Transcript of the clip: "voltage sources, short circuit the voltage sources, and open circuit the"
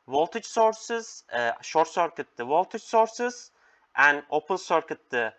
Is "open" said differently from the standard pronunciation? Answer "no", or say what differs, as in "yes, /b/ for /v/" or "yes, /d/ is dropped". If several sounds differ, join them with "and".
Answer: yes, /l/ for /n/